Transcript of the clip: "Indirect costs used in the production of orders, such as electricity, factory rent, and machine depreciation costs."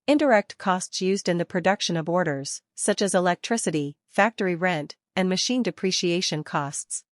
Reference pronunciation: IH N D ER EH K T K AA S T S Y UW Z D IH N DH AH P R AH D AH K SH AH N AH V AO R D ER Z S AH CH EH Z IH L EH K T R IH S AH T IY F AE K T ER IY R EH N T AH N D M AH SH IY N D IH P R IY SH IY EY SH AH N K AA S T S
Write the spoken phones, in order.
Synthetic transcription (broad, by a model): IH N D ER EH K T K AA S T S Y UW Z D IH N DH AH P R AH D AH K SH AH N AH V AO R D ER Z S AH CH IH Z IH L EH K T R IH S AH T IY F AE K T ER IY R EH N T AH N M AH SH IY N D IH P R IY SH IY EY SH AH N K AA S T S